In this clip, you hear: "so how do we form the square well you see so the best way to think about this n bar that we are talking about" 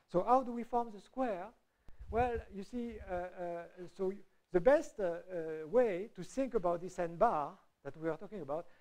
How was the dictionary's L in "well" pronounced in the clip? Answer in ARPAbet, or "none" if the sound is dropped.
L